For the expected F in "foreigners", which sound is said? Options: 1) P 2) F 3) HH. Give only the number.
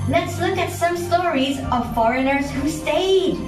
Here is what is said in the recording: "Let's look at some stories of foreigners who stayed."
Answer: 2